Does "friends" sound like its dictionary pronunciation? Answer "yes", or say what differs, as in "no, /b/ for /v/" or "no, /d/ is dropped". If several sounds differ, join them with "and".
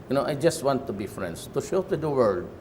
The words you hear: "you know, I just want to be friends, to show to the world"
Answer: no, /s/ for /z/